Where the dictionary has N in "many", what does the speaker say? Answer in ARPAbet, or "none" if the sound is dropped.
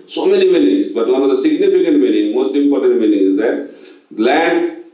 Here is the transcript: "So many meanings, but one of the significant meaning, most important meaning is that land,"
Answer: L